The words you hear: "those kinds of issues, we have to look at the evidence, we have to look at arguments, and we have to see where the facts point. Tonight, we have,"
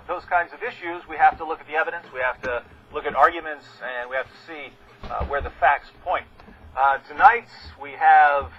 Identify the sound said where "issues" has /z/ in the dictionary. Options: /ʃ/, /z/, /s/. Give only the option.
/z/